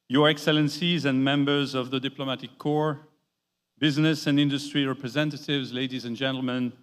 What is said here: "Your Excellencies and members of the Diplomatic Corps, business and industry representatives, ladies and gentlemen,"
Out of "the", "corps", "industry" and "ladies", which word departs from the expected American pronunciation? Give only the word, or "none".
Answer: none